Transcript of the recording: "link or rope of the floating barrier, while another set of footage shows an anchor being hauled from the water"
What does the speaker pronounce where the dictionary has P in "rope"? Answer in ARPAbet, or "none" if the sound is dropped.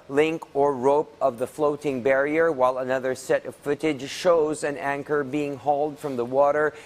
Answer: P